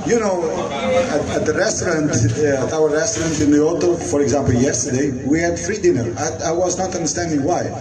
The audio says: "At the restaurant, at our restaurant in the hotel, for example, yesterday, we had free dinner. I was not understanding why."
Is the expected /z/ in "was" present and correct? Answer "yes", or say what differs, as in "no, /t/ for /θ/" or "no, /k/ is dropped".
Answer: yes